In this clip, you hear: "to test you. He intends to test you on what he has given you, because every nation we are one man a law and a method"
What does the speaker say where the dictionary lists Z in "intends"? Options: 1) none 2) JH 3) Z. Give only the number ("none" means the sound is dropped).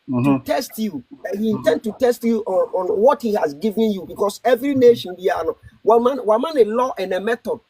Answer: 1